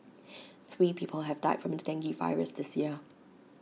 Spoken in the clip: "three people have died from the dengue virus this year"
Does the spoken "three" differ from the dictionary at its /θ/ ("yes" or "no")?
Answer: no